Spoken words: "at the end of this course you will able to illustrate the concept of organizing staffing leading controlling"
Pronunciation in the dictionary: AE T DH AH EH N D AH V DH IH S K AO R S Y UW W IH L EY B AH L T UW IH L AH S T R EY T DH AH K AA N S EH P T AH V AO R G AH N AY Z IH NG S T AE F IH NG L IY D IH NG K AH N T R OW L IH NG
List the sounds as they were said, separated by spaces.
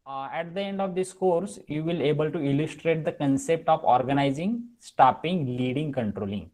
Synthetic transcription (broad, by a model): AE T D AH EH N D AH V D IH S K AO R S Y UW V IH L EY B AH L T UW IH L AH S T R EY T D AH K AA N S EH P T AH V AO R G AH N AY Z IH NG S T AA P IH NG L IY D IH NG K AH N T R OW L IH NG